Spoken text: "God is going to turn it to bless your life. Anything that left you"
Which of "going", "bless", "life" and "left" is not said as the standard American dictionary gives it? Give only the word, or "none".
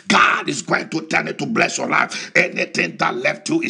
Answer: none